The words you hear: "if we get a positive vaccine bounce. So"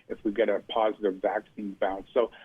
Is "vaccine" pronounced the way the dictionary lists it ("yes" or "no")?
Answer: yes